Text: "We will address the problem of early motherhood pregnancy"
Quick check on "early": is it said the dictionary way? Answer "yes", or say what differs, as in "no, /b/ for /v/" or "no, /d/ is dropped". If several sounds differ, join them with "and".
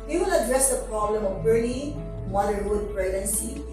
no, /n/ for /l/